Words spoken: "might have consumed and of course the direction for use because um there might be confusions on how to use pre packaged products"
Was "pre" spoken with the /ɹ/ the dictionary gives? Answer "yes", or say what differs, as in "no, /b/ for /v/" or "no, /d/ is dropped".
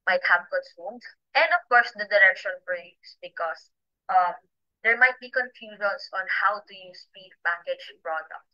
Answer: no, /ɹ/ is dropped